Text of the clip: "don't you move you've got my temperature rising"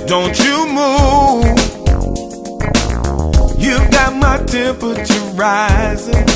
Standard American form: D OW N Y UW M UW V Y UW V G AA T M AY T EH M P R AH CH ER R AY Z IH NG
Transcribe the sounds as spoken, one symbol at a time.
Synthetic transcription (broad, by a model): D OW N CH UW M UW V Y UW V G AA T M AY T EH M P AH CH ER R AY Z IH